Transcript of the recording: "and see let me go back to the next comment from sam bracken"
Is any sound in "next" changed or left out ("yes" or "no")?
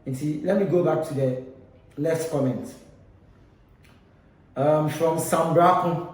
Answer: yes